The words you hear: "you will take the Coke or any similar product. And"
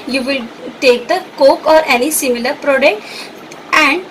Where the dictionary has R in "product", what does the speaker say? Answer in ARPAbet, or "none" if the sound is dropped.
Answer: R